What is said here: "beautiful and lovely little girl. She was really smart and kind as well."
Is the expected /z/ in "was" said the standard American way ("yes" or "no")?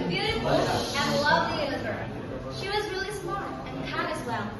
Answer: yes